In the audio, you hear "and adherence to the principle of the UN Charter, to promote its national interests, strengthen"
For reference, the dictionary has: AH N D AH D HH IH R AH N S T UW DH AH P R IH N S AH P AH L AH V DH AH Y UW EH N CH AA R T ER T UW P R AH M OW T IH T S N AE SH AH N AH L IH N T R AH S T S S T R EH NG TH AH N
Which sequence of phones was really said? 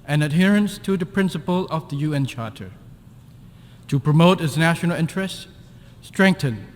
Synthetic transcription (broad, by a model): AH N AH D HH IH R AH N S T UW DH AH P R IH N S AH P AH L AH V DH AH Y UW EH N CH AA R T ER T UW P R AH M OW T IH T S N AE SH AH N AH L IH N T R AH S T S S T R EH NG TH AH N